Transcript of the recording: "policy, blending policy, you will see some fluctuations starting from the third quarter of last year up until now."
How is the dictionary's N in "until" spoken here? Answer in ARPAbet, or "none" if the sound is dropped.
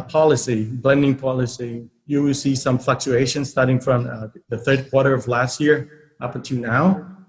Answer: none